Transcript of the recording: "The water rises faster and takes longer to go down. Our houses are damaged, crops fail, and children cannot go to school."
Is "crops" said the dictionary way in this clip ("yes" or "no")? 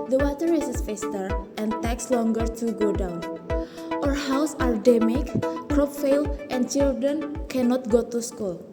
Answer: no